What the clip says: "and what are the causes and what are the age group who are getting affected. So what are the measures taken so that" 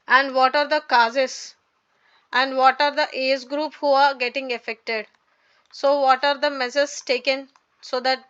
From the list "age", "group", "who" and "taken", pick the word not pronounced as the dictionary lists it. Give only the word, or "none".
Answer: age